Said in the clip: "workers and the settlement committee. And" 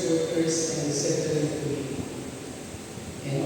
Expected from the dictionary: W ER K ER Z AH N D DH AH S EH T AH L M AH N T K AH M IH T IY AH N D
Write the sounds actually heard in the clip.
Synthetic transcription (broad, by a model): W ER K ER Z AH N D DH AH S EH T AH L AH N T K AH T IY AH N